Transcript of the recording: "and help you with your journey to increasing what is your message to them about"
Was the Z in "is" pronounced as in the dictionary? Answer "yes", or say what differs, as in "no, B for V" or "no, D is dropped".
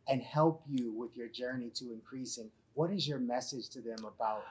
yes